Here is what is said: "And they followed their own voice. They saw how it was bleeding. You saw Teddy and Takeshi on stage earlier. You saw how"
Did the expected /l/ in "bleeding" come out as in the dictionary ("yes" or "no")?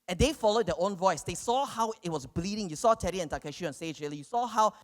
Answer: yes